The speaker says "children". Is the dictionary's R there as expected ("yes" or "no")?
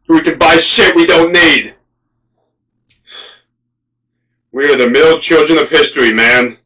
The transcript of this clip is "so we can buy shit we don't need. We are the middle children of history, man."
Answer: yes